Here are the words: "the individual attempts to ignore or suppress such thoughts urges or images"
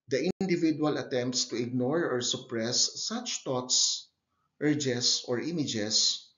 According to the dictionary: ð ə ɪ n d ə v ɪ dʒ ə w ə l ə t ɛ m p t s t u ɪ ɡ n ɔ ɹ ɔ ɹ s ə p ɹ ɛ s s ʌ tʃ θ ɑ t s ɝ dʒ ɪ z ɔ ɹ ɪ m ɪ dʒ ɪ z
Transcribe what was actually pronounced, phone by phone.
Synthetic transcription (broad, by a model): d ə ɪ n d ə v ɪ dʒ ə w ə l ə t ɛ m p t s t u ɪ ɡ n ɔ ɹ ɔ ɹ s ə p ɹ ɛ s s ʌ tʃ t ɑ t s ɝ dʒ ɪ s ɔ ɹ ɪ m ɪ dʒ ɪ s